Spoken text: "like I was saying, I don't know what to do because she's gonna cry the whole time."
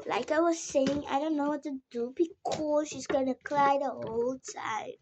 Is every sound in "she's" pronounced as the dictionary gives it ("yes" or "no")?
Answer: yes